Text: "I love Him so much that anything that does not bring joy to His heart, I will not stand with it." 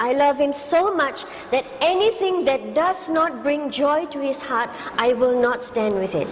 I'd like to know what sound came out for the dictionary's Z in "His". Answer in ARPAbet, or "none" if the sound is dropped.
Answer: S